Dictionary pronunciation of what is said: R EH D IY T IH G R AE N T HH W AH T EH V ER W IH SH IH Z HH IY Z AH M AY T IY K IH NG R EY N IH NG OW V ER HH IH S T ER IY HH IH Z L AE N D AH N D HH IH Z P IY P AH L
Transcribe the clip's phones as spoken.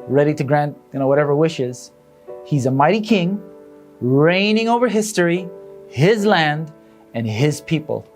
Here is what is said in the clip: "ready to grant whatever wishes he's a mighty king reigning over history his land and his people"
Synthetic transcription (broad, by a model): R EH D IY T IH G R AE N T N W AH T EH V ER W IH SH IH Z HH IY Z AH M AY T IY K IH NG R EY N IH NG OW V ER HH IH S T ER IY HH IH Z L AE N D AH N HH IH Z P IY P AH L